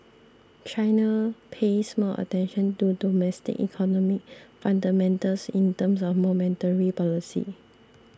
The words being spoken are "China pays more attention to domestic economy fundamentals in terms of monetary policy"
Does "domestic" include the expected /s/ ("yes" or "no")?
yes